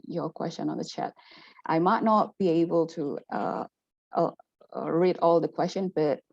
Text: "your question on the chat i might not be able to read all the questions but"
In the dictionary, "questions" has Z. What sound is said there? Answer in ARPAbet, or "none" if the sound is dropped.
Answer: none